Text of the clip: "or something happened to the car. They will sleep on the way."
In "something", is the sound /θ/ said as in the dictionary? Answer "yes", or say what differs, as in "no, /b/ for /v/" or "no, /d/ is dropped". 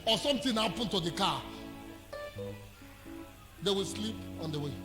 no, /t/ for /θ/